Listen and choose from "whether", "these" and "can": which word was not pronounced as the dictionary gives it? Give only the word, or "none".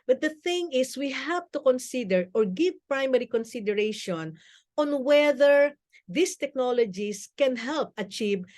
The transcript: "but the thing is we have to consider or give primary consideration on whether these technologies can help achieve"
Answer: these